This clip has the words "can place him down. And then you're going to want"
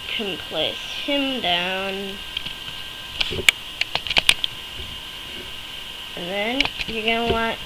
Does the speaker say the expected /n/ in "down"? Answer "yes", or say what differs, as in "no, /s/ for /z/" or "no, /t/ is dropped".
yes